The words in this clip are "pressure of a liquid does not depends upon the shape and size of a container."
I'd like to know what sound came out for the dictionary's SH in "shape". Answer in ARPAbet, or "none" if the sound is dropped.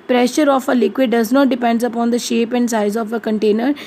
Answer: SH